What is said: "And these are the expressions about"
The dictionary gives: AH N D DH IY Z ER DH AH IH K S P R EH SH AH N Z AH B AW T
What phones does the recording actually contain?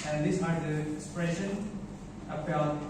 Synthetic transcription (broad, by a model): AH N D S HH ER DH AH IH K S P R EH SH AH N AH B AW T